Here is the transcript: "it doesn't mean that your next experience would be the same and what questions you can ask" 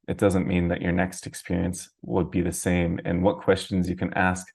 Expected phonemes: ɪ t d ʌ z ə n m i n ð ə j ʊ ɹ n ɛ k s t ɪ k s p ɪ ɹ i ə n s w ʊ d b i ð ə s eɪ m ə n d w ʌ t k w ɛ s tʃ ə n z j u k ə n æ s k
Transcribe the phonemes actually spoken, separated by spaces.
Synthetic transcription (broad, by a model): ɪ t d ʌ z ə n m i n ð ə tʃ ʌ ɹ n ɛ k s t ɪ k s p ɪ ɹ i ə n s w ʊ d b i ð ə s eɪ m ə n w ʌ t k w ɛ s tʃ ə n z j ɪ k ə n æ s k